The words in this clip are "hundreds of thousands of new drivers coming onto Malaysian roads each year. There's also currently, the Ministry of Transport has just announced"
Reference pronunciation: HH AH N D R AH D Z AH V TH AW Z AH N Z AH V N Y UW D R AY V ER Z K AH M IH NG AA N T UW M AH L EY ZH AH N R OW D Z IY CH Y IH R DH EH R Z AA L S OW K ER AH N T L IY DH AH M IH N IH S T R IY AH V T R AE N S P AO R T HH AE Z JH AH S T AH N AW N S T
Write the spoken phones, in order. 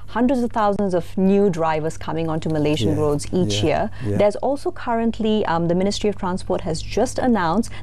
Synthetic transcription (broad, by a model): HH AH N D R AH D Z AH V T AW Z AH N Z AH V N Y UW D R AY V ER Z K AH M IH NG AA N T UW M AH L EY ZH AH N R OW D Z IY CH Y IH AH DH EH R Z AA L S OW K ER AH N T L IY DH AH M IH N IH S T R IY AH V T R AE N S P AO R T HH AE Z JH AH S T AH N AW N S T